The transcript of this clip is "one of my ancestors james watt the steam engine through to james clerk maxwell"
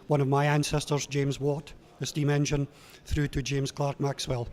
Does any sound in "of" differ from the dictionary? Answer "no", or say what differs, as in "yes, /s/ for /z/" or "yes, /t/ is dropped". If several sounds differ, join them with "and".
no